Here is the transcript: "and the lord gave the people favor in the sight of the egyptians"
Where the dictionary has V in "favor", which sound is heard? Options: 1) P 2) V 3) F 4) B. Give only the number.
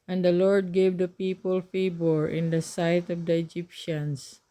4